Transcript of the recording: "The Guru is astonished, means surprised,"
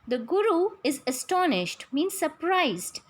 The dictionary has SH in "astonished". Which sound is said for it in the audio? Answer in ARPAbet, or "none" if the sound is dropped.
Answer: SH